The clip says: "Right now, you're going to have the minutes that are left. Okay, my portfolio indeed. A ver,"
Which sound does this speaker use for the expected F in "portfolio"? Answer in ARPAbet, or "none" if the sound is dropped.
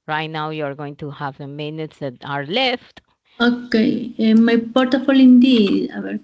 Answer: none